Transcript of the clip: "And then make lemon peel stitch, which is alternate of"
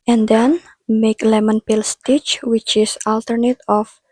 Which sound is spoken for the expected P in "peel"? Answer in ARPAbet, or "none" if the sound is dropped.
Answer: P